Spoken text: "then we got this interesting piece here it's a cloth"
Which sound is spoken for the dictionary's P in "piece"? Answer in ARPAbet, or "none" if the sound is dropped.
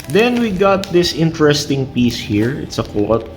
P